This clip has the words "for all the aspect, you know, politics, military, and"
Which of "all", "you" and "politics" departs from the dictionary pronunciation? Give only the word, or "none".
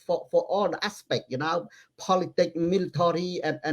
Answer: politics